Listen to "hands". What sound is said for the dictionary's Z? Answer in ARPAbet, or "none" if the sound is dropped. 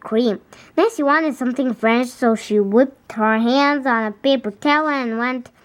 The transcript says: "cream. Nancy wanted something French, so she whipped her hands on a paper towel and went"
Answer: Z